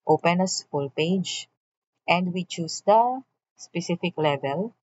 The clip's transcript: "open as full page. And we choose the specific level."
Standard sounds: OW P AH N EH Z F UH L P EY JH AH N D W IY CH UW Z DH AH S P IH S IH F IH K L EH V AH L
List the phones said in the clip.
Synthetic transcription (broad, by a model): OW P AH N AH S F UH L P EY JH AH N D W IY CH UW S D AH S P IH S IH F IH K L EH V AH L